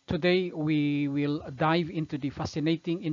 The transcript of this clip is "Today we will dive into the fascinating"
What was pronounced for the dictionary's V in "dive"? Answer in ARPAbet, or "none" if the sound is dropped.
V